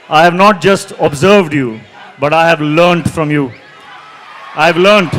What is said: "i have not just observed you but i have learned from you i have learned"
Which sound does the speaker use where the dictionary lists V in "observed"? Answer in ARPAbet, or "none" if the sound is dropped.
V